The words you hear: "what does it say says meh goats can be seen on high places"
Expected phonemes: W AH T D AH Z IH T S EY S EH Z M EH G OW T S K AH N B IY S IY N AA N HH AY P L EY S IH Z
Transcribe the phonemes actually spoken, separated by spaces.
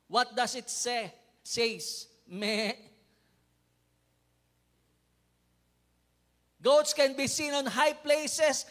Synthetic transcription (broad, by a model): W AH T D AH S IH T S EY S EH S M EH G OW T S K AH N B IY S IY N AA N HH AY P L EY S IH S